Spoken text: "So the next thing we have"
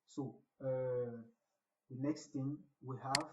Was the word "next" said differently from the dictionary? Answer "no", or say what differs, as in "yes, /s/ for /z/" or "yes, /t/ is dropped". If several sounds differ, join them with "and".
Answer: no